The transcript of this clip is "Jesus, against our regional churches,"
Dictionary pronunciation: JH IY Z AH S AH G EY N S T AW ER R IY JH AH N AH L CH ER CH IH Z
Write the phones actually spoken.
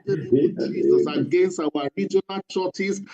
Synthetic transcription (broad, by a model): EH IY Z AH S AH G EY N S T AW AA R IY JH AH N AH L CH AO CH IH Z